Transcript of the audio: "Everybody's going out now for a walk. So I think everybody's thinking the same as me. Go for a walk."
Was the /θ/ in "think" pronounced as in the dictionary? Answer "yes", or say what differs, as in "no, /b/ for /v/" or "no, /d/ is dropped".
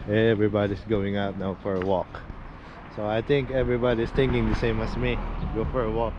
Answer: no, /t/ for /θ/